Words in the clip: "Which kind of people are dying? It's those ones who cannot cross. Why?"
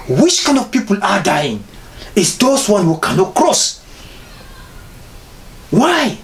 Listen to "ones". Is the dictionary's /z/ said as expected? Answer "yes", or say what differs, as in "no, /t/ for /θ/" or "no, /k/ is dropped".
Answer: no, /z/ is dropped